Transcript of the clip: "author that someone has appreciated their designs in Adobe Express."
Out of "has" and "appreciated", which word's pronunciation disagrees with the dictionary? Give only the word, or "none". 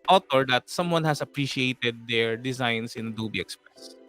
has